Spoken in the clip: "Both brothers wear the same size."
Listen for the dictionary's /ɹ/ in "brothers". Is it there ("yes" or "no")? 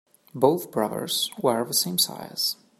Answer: yes